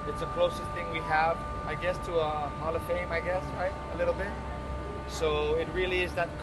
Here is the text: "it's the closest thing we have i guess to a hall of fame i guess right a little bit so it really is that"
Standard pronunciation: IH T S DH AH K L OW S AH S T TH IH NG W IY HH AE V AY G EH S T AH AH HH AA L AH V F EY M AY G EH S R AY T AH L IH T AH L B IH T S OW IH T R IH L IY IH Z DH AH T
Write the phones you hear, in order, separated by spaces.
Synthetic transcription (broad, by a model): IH T S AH K L OW S AH S T TH IH NG W IY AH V AY G EH S T AH AH HH AA L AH F EY M AY G EH S R AY T AH L IH T L B IH T S OW IH T R IH L IY IH Z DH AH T